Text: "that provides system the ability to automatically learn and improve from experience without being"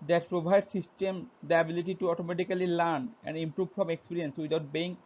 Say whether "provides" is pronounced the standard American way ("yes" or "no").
no